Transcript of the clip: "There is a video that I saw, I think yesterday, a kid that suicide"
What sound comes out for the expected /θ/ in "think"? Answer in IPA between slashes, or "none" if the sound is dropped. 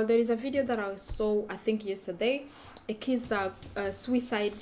/θ/